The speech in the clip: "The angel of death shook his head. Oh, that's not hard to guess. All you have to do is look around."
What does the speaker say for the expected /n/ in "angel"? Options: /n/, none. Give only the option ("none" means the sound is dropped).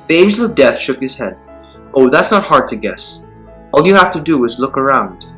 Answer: none